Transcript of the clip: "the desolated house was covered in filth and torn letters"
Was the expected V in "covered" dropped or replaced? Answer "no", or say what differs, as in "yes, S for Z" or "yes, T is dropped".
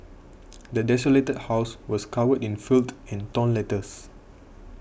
yes, W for V